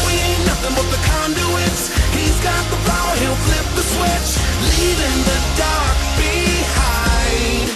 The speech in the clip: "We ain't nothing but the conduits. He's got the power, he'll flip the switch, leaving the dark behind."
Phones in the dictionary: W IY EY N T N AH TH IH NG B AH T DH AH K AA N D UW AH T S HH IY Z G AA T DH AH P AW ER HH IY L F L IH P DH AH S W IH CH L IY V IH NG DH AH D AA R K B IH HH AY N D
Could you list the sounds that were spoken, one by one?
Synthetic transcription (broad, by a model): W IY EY T N AH TH IH NG B AH T DH AH K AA N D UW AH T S HH IY Z G AA T DH AH F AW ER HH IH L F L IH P DH AH S W IH CH L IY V IH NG DH AH D AA R K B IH HH AY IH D